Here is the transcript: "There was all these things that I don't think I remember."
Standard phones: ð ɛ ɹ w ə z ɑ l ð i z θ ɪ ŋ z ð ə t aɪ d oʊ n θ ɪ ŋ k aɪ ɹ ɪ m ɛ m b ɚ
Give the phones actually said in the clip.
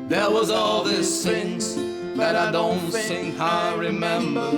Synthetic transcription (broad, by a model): ð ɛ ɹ w ə z ɑ l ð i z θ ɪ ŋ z ð ə t aɪ d oʊ n s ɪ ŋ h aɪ ɹ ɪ m ɛ m b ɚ